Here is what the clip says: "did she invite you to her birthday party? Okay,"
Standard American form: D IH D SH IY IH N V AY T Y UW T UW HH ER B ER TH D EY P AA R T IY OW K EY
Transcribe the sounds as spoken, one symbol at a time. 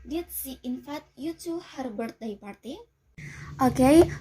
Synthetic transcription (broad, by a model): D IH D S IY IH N F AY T Y UW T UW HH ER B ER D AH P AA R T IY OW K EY